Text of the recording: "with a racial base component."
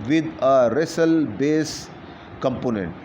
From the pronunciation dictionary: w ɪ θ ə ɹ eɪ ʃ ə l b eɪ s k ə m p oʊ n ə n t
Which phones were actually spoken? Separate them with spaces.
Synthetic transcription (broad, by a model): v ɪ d ə ɹ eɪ s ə l b eɪ s k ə m p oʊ n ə n t